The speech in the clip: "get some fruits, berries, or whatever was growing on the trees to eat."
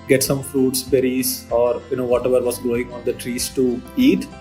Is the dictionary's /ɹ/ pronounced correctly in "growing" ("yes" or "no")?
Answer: no